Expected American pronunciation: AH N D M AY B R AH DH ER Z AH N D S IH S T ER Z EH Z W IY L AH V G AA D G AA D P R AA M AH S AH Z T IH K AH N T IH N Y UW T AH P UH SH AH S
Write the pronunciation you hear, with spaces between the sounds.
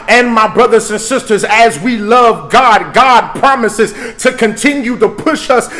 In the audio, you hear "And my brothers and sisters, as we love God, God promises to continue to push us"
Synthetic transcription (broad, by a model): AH N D M AY B R AH DH ER Z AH N S IH S T ER Z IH Z W IY L AH V G AA D G AA D P R AA M AH S AH Z T IH K AH N T IH N Y UW T AH P UH SH AH S